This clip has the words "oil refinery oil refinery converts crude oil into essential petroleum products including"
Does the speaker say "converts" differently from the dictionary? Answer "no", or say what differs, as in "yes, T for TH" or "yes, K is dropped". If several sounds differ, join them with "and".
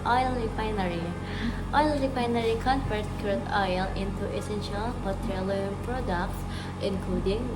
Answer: yes, F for V